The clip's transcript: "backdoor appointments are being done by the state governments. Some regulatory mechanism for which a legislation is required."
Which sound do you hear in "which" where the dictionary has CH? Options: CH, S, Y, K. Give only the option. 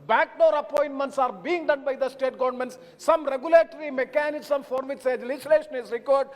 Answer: S